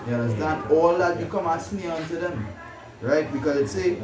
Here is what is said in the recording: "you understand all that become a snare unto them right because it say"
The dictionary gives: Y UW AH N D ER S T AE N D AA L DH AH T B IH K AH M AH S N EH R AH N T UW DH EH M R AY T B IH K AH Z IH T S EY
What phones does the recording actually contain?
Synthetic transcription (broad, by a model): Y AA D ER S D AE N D AA L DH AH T B IH K AH M AH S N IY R AH N T UW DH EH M R AY T B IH K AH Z IH T S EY